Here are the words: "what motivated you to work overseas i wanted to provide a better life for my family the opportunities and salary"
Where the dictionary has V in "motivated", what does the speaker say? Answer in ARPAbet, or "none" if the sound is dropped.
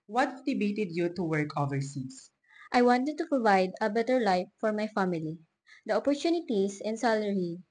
B